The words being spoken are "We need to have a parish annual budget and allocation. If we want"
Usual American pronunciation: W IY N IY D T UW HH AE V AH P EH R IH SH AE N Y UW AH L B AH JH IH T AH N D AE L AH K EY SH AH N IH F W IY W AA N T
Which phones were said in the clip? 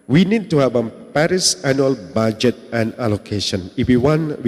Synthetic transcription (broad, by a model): W IY N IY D T UW HH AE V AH P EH R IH S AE N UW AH L B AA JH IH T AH N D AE L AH K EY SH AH N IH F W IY W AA N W